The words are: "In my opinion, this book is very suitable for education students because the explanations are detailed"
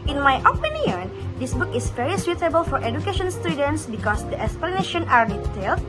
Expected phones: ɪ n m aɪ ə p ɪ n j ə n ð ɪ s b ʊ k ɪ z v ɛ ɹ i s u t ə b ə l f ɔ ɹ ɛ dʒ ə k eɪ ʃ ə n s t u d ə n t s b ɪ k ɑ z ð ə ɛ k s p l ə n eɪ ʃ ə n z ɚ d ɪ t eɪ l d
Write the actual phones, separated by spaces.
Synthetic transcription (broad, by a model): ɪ n m aɪ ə p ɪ n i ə n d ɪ s b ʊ k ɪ s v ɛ ɹ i s u t ə b ə l f ɔ ɹ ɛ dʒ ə k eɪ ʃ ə n s t u d ə n t s b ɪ k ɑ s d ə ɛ k s p l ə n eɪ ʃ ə n ɑ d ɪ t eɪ l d